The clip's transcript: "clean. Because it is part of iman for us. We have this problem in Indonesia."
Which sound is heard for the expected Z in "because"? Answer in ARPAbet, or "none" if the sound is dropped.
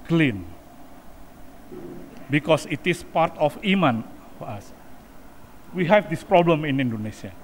S